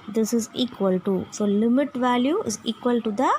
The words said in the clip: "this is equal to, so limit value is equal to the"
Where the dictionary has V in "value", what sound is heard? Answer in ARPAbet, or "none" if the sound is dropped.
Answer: V